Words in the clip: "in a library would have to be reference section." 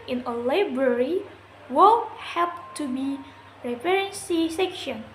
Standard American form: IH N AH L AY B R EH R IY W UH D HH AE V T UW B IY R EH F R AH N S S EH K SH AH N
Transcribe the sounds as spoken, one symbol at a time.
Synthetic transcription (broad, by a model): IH N AH L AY B R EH R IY W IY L HH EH P T UW B IY R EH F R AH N S S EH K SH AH N